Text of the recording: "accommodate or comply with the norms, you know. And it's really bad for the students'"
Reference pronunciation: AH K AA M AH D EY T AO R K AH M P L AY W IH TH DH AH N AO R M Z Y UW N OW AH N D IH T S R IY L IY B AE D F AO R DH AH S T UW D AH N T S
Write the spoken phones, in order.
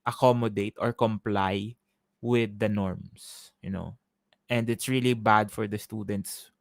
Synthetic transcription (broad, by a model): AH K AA M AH D EY T AO R K AH M P L AY W IH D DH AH N AO R M S Y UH N OW AH N D IH T S R IY L IY B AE D F AO R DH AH S T UW D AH N T S